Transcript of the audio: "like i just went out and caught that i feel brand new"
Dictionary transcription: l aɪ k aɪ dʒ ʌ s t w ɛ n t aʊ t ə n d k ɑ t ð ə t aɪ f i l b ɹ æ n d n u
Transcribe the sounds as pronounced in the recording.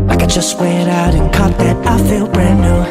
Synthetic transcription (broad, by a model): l aɪ k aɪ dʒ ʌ s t w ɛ t aʊ t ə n k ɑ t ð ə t aɪ f i l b ɹ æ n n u